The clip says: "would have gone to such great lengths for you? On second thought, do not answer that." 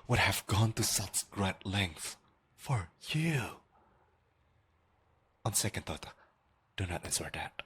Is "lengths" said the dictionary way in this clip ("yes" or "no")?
no